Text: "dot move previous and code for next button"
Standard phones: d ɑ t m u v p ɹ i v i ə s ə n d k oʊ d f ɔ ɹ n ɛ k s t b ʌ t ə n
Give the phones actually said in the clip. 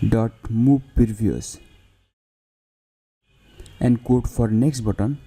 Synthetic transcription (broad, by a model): d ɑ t m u b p i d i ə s ə n d k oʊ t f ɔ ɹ n ɛ k s t b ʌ t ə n